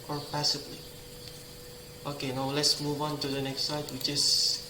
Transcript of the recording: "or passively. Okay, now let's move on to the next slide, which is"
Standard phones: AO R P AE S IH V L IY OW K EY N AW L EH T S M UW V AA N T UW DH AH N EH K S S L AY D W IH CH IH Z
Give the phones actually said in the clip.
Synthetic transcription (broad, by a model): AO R P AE S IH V L IY OW K EY N AW L EH T S M UW V AA N T UW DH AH N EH K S S AY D W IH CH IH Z